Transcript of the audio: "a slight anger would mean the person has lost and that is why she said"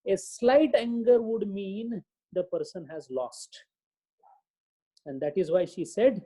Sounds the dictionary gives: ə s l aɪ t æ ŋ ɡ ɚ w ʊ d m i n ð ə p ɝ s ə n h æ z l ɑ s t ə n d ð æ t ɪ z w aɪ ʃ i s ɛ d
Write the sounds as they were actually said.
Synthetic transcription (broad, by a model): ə s l aɪ t æ ŋ ɡ ɚ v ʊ d m i n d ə p ɝ s ə n h æ z l ɑ s t ə n d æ t ɪ z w aɪ ʃ i s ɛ d